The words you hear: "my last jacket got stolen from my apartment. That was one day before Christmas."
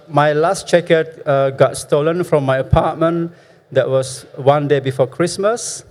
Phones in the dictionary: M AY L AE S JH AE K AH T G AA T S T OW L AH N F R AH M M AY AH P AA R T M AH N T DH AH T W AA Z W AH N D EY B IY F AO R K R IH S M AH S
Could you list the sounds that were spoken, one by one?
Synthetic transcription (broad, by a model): M AY L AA S CH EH K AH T G AA T S T OW L AH N F R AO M M AY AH P AA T M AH N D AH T W AA S W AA N D EY B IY F AO K R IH S M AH S